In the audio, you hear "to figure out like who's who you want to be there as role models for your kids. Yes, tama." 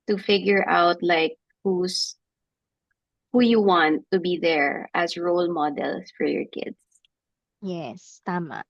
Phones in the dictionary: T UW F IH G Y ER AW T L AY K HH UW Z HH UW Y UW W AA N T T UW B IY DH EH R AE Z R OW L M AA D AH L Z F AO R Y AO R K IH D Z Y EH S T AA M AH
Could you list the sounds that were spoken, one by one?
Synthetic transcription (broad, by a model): T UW F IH G Y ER AW T L AY K HH UW S HH UW Y UW W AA N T T UW B IY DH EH R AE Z R OW L M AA D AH L S F AO R Y AO R K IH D S Y EH S T AA M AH